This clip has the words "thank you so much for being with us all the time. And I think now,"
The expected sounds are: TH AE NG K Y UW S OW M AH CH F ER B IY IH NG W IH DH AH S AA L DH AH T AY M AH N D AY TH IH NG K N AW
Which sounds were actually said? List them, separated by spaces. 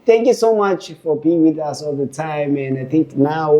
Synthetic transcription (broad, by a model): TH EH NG K Y UW S OW M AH CH F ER B IY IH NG W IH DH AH S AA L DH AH T AY M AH N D AY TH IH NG K N AW